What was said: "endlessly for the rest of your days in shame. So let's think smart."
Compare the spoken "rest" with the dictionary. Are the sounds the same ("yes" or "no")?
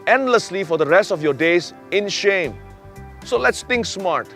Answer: yes